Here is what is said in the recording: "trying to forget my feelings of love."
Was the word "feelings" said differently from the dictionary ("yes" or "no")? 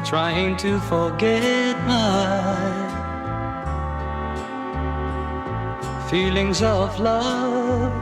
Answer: no